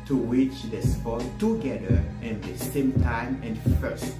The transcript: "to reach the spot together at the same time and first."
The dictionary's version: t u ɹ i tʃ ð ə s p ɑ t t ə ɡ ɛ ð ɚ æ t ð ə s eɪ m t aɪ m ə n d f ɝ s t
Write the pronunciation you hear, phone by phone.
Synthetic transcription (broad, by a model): t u w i tʃ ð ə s f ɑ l t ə ɡ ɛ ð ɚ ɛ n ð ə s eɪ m t aɪ m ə n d f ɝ s t